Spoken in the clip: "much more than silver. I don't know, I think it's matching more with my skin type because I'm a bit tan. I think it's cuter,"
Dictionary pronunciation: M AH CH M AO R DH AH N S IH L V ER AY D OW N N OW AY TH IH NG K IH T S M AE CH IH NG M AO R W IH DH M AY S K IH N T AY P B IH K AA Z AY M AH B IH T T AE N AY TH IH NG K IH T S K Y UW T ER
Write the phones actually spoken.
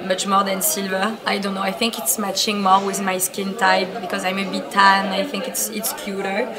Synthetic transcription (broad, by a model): M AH CH M AO R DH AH N S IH L V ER AY D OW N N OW AY TH IH NG K IH T S M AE CH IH NG M AO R W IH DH M AY S K IH N T AY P B IH K AA Z AY M AH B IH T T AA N AY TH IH NG K IH T S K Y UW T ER